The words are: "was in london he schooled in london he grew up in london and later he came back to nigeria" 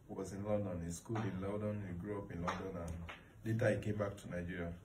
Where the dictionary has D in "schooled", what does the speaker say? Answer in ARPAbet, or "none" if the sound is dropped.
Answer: none